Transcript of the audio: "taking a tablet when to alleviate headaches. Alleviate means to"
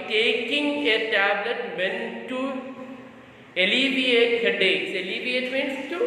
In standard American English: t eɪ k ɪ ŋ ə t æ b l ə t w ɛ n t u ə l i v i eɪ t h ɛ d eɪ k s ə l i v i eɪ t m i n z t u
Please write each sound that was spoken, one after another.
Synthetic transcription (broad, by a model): t eɪ k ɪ ŋ ə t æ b l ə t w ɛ n t u ə l i v i eɪ t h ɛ d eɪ s ə l i v i eɪ t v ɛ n s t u